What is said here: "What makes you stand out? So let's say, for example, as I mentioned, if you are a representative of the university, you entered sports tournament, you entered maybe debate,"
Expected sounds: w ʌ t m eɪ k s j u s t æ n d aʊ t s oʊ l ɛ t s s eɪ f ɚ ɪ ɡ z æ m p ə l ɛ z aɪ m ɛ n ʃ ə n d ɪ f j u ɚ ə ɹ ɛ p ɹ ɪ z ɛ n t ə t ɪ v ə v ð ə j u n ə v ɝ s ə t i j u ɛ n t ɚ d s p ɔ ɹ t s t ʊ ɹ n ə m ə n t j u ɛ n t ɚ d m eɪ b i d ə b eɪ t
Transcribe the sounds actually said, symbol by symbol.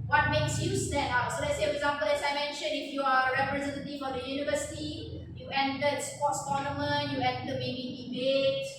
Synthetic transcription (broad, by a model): w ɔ t m eɪ k s j u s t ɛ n aʊ s oʊ l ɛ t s s eɪ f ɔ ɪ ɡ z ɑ m p ə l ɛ s aɪ m ɛ n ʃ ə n ɪ f j u ə ɹ ɛ p ɹ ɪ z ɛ n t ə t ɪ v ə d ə j u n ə v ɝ s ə t i j u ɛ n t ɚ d s p ɔ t s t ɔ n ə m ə n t j u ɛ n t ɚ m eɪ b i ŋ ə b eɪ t